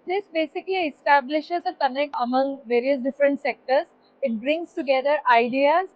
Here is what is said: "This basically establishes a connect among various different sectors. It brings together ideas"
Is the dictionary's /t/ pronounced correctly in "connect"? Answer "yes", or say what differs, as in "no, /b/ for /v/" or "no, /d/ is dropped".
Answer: no, /t/ is dropped